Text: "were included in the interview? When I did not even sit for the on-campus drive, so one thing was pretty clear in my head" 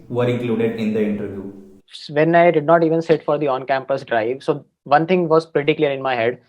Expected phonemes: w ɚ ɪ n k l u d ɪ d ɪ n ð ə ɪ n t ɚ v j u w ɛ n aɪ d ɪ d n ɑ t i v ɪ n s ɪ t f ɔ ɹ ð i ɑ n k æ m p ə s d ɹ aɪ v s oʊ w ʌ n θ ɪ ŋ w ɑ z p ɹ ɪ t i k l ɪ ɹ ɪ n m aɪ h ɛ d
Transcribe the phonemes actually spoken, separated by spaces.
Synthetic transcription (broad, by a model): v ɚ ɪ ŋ k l u d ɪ d ɪ n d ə ɪ n t ɚ v j u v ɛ n aɪ d ɪ d n ɑ t i v ɪ n s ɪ t f ɔ ɹ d i ɑ n k æ m p ə s d ɹ aɪ v s oʊ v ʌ n t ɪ ŋ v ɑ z p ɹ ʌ t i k l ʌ ɹ ɪ n m aɪ h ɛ d